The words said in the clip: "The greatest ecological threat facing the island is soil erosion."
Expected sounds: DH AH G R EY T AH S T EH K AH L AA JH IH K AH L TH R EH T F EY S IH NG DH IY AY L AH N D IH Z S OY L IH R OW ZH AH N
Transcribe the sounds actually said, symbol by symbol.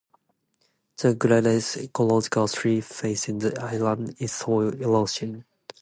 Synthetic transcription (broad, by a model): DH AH G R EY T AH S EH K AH L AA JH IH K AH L S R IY F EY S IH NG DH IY AY L AH N D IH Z S OY L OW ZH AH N